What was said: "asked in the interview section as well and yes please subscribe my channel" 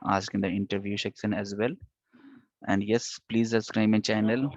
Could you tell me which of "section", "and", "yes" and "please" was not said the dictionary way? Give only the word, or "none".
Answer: section